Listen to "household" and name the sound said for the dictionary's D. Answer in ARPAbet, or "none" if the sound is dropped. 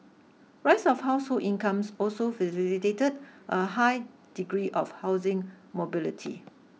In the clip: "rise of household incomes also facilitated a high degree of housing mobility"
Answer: none